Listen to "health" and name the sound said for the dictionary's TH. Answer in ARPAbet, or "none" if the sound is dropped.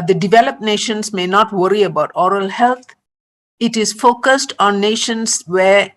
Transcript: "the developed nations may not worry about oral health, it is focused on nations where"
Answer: T